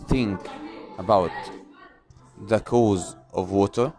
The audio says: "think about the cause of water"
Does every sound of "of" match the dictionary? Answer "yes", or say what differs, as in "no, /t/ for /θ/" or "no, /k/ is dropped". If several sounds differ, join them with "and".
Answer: yes